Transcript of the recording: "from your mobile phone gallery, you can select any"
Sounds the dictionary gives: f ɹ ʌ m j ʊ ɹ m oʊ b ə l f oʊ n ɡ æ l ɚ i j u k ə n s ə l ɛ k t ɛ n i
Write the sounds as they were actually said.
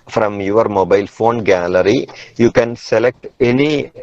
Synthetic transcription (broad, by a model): f ɹ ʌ m j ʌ ɹ m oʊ b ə l f oʊ n ɡ æ l ɚ i j u k ə n s ə l ɛ k t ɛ n i